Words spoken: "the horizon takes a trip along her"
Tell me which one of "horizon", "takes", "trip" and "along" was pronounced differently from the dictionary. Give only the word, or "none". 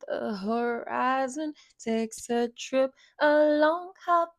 none